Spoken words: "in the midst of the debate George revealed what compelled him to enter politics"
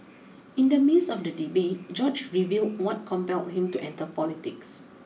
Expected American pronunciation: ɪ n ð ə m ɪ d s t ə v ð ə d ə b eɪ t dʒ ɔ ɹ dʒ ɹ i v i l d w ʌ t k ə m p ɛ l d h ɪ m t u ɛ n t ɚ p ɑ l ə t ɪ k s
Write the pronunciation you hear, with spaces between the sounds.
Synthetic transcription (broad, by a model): ɪ n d ə m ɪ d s ə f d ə d ə b eɪ t dʒ ɔ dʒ ɹ i v i l d w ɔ t k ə m p ɛ l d h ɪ m t u ɛ n t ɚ p ɑ l ə t ɪ k s